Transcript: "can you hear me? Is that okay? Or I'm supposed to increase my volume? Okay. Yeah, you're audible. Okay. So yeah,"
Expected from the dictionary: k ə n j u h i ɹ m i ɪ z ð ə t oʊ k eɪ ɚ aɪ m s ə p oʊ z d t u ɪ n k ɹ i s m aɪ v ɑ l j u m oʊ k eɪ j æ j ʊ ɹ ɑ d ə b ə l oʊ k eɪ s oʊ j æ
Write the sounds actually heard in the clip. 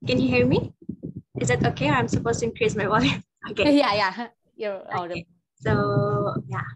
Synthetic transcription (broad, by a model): k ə n j u h i ɹ m i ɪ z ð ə t oʊ k eɪ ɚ aɪ m s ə p oʊ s t u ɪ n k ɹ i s m aɪ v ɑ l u oʊ k eɪ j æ j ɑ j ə ə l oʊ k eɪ s oʊ j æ